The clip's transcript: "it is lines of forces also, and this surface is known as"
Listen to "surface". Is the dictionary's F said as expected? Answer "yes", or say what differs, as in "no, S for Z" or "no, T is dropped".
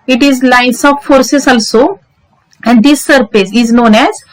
no, P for F